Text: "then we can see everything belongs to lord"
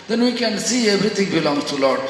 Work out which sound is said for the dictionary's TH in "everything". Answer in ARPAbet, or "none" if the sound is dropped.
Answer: T